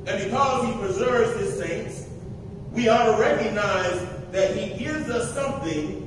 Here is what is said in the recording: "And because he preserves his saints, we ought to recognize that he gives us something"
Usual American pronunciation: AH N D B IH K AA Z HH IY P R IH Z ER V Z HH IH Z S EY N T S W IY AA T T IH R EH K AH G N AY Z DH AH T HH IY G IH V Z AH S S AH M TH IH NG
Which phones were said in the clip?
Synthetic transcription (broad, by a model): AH N B IH K AA Z HH IY P R IH Z ER V Z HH IH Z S EY N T S W IY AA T T IH R EH K AH G N AY Z DH AH T HH IY G IH V Z AH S S AH M TH IH NG